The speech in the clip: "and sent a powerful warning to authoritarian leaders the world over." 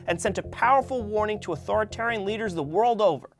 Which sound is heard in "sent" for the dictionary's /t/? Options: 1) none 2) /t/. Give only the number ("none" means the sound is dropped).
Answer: 2